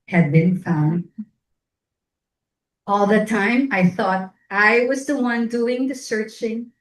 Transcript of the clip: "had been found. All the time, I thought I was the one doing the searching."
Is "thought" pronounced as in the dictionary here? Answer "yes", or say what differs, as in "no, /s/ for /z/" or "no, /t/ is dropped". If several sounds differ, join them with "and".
yes